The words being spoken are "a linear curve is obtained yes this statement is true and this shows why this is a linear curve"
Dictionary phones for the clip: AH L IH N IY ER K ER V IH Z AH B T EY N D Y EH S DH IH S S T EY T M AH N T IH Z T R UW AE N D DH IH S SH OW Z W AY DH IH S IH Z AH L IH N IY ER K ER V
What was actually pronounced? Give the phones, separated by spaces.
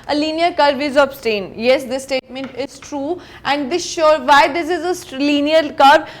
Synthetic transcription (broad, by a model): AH L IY N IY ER K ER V IH Z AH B T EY N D Y EH S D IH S S T EY T M AH N T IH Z T R UW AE N D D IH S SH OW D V AY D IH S IH Z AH L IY N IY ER K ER